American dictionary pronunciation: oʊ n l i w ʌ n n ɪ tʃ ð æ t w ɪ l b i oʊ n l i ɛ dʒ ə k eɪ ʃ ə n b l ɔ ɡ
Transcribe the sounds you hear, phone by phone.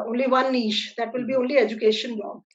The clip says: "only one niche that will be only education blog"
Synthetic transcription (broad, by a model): oʊ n l i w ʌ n n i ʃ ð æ t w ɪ l b i oʊ n l i ɛ dʒ ə k eɪ ʃ ə n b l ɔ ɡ